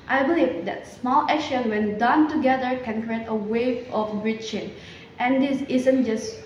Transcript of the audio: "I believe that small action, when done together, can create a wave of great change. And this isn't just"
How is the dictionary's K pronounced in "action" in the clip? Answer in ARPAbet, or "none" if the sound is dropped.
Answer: none